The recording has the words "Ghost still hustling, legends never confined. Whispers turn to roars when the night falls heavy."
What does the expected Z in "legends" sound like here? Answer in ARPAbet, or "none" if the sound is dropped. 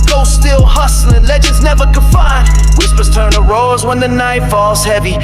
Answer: Z